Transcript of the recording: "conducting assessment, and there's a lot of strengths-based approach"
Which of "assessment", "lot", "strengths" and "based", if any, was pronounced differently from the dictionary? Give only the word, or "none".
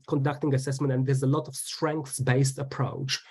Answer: none